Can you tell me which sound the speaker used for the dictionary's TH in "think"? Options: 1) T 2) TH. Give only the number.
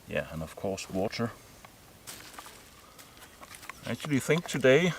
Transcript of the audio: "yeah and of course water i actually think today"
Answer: 2